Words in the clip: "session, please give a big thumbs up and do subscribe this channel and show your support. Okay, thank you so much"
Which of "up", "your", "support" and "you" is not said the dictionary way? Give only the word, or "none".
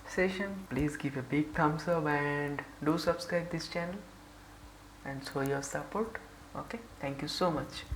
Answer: up